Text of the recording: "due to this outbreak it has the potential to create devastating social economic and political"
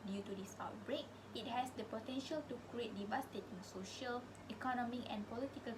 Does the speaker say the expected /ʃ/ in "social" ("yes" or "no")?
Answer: yes